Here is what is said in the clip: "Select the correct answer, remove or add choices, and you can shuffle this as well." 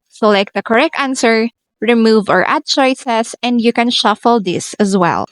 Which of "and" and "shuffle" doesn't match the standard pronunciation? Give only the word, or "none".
none